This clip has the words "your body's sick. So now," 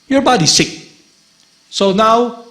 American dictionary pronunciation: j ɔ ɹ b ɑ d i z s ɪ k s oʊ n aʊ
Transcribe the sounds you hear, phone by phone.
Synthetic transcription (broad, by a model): j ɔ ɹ b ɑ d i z s ɪ k s oʊ n aʊ